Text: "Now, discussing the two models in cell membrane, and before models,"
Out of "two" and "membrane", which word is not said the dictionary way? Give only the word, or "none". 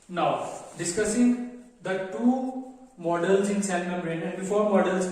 membrane